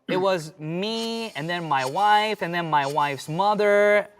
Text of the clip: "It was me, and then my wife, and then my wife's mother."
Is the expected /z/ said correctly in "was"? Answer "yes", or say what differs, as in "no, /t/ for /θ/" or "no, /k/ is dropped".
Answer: yes